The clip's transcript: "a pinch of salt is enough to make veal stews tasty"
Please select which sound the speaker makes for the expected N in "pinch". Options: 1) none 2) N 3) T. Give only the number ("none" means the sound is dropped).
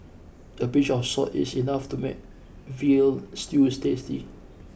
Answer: 1